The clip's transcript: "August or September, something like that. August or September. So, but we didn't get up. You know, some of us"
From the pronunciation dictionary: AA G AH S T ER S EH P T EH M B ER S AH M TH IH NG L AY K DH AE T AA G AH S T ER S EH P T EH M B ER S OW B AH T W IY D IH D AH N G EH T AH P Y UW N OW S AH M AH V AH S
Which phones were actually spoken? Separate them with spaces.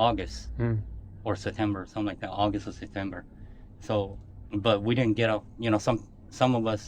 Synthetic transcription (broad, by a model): AA G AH S T ER S EH P T EH M B ER S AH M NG L AY K DH AE T AA G AH S T ER S EH P T EH M B ER S OW B AH T W IY D IH D N G EH T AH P Y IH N OW S AH M AH V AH S